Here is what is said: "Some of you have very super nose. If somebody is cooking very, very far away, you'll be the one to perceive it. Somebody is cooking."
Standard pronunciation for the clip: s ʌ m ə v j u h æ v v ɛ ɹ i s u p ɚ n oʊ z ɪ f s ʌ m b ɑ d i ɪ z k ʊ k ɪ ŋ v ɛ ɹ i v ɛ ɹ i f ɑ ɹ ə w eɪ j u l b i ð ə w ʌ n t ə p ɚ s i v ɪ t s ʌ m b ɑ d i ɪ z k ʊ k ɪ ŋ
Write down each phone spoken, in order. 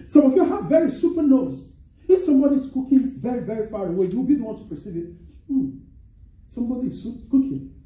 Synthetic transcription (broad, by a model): s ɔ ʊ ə f j u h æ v v ɛ ɹ i s u p ɚ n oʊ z ɪ f s ʌ m b ɑ d i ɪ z k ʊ k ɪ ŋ v ɛ ɹ i v ɛ ɹ i f ɑ ɹ ə w eɪ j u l b i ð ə w ʌ n t ə p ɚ s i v ɪ t s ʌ m b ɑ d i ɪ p k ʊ k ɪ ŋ